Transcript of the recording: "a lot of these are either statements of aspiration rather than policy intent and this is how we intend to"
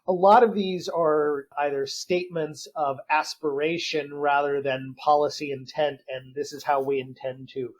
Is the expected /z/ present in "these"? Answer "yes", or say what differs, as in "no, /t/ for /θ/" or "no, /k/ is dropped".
yes